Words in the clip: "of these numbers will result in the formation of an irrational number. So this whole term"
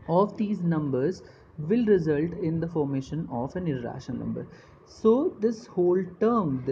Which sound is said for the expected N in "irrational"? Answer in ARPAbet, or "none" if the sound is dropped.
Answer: none